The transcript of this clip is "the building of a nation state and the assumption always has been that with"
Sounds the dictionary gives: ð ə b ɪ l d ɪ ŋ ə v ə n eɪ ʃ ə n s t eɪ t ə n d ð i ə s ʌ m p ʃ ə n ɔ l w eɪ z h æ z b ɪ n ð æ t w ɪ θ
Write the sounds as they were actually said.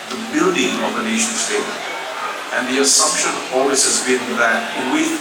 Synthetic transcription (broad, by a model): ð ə b ɪ l d ɪ ŋ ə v ə n eɪ ʃ ə n s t eɪ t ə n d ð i ə s ʌ m p ʃ ə n ɔ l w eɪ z h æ z b ɪ n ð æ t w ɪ